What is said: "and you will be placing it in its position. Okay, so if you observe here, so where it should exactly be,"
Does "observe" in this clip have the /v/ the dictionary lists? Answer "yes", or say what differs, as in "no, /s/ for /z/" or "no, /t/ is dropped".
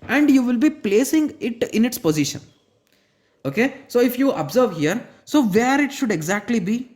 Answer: yes